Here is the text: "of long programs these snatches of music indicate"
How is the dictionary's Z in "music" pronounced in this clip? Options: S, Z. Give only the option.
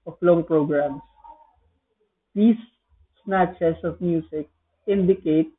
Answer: S